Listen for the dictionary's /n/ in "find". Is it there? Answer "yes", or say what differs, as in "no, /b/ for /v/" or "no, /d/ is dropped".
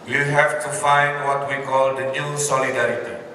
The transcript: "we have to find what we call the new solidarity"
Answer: yes